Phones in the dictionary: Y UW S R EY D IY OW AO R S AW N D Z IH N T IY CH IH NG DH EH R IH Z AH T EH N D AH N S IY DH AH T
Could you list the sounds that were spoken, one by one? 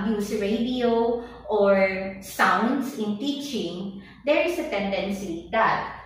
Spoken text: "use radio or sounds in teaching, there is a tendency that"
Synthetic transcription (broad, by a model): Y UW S R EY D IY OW AO R S AW N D S IH N T IY CH IH NG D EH R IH S AH T EH N D AH N S IY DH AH T